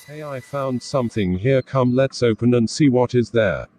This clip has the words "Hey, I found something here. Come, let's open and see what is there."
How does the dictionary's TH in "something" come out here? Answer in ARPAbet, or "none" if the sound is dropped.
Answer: TH